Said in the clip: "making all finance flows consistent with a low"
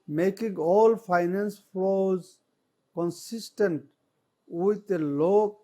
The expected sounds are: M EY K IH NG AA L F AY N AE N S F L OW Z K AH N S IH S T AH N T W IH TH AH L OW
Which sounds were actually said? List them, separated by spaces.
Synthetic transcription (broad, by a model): M EY K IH NG AA L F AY N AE N S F OW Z K AH N S IH S T AH N T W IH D AH L OW